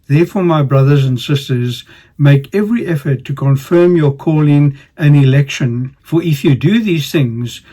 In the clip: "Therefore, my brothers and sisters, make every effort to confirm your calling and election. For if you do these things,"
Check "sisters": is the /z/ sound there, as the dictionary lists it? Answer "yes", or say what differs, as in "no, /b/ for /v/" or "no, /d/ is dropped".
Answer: yes